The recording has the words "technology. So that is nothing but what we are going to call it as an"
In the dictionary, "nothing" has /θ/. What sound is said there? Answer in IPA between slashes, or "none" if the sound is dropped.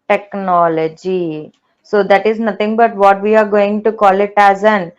/t/